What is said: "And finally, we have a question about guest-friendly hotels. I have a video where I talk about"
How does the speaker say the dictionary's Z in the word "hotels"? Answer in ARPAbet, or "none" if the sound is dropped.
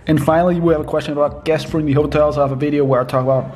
Z